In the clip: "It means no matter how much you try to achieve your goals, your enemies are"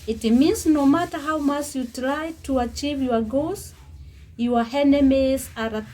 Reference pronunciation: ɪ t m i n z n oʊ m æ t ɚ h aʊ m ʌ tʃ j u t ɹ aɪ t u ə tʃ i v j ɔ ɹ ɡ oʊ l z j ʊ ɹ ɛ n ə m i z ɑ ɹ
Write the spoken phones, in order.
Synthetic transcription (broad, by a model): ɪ t m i n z n oʊ m æ t ɚ h aʊ m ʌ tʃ j u t ɹ aɪ t u ə tʃ i v j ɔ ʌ ɡ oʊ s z j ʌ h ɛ n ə m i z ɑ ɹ